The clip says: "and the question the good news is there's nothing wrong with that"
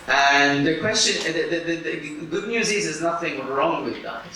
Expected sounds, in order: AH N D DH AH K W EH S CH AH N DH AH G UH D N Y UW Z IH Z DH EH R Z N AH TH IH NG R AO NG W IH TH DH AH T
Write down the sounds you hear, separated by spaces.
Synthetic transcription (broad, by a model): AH N DH AH K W EH S CH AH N DH AH G UH D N Y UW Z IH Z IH Z N AH TH IH NG R AO NG W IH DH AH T